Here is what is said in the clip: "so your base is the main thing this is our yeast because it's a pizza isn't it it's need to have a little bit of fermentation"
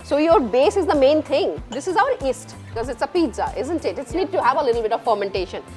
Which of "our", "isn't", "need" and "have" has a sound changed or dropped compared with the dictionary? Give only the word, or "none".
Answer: none